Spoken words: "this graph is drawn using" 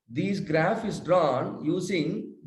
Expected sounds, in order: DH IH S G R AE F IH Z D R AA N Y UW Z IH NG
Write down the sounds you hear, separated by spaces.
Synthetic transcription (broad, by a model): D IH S G R AE F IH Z D R AA N Y UW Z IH NG